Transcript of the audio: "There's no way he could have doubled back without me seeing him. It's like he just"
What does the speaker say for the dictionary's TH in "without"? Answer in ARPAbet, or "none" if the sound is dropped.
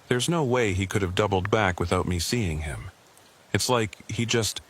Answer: TH